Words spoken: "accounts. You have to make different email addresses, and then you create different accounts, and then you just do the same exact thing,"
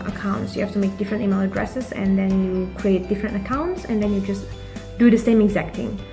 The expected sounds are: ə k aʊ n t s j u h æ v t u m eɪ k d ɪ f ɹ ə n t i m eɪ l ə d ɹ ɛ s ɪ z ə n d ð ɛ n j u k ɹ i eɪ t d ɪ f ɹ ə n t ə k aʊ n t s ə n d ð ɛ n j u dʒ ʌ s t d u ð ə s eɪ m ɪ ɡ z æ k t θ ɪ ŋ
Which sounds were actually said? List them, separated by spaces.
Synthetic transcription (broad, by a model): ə k aʊ n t s j u h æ f t u m eɪ k d ɪ f ɹ ə n t i m eɪ l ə d ɹ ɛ s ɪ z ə n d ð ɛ n j u k ɹ i eɪ t d ɪ f ɹ ə n t ə k aʊ n t s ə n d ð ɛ n j u dʒ ʌ s t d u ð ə s eɪ m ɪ ɡ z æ k t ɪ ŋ